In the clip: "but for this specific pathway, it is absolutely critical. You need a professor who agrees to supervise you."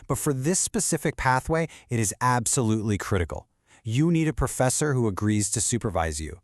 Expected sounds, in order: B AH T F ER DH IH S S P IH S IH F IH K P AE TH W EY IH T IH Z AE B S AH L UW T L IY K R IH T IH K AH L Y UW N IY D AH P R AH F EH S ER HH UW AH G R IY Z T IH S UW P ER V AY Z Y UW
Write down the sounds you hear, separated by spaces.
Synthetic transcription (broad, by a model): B AH T F ER DH IH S S P IH S IH F IH K P AE TH W EY IH T IH Z AE B S AH L UW T L IY K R IH T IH K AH L Y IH N IY D AH P R AH F EH S ER HH UW AH G R IY Z T IH S UW P ER V AY Z Y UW